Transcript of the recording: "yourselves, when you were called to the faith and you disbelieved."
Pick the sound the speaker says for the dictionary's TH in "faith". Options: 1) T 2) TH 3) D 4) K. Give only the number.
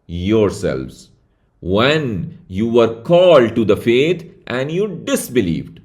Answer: 1